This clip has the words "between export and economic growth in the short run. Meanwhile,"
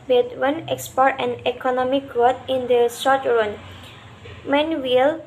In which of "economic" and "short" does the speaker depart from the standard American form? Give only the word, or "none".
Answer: short